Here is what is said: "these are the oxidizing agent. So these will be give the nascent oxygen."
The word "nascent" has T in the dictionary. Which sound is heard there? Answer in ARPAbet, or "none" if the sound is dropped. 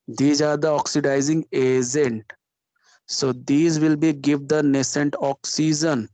T